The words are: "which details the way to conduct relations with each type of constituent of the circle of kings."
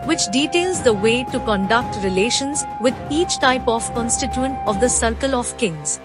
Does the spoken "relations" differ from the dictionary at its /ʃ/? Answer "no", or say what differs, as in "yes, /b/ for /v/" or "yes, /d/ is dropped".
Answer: no